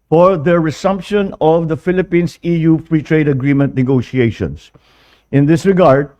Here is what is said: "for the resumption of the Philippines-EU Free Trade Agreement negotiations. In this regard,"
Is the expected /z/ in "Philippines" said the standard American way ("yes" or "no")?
no